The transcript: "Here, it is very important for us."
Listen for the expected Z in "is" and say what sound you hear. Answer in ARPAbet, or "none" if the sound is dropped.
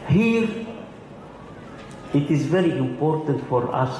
Z